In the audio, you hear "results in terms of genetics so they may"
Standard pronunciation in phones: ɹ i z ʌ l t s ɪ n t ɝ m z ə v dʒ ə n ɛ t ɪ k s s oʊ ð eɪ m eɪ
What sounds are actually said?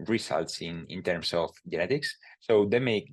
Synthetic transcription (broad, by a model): ɹ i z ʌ l t s ɪ n t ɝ m s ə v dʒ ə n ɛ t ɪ k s s oʊ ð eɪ m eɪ